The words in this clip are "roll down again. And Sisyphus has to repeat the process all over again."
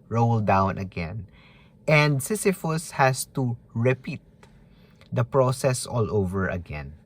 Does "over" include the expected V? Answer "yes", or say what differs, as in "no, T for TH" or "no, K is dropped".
yes